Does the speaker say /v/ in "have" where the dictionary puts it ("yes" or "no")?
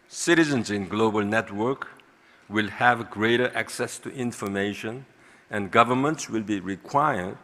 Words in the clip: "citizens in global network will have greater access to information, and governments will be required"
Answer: yes